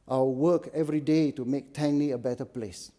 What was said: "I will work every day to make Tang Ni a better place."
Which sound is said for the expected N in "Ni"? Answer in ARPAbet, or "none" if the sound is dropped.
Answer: L